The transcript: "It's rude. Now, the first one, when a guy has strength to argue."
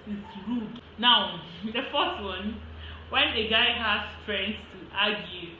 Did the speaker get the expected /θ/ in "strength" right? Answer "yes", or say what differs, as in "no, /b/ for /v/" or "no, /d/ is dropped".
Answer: no, /s/ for /θ/